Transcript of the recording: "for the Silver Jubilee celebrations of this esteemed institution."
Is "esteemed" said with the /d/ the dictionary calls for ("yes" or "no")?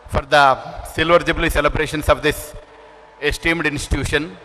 yes